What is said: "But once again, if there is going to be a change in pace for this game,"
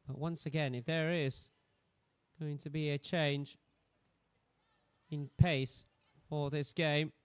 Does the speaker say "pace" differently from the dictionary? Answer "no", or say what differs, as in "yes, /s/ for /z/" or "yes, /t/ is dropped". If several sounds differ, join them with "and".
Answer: no